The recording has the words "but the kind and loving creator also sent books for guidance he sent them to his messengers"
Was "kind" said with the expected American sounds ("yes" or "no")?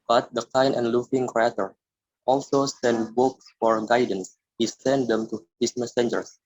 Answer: no